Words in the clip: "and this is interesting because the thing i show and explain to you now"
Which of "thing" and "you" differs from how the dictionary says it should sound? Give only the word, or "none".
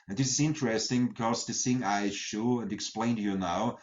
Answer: thing